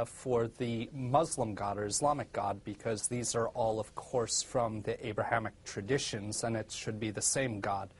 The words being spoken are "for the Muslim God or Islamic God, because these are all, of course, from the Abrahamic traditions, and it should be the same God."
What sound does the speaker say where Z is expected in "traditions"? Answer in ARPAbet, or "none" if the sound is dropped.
Z